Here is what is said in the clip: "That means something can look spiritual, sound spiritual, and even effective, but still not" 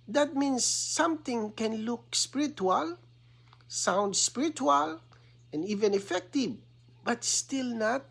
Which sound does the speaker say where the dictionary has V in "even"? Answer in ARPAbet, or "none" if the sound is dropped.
V